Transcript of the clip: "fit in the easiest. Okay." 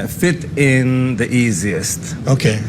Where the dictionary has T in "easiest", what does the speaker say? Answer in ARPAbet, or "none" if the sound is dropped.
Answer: T